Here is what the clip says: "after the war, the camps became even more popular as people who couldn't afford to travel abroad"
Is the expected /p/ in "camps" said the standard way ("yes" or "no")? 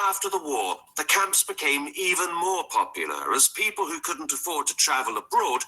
yes